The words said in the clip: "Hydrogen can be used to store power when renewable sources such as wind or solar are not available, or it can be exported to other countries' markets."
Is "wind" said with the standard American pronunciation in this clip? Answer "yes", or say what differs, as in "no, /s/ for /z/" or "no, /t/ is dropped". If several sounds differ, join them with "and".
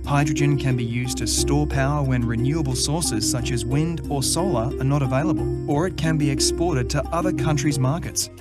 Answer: yes